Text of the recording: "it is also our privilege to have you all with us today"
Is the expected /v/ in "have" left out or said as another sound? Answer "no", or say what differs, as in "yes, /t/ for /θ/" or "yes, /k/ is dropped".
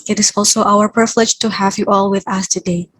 no